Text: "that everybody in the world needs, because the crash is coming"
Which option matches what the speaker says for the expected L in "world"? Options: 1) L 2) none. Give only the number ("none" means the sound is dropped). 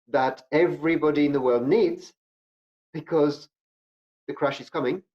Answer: 1